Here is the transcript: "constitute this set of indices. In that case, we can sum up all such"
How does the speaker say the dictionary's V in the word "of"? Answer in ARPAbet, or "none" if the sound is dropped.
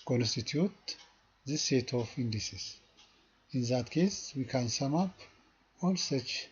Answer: F